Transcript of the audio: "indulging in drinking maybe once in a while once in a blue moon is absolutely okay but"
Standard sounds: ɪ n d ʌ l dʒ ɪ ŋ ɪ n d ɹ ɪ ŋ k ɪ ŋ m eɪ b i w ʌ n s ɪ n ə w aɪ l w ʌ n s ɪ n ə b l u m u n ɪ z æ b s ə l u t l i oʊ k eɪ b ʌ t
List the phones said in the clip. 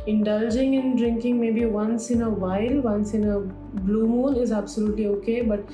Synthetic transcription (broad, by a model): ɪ n d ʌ l dʒ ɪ ŋ ɪ n d ɹ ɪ ŋ k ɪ ŋ m eɪ b i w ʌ n s ɪ n ə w aɪ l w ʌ n s ɪ n ə b l u m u l ɪ z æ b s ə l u t l i oʊ k eɪ b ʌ t